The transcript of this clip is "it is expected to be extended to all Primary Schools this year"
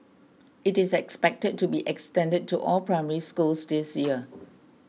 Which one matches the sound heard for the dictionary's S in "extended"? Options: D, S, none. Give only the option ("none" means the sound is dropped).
S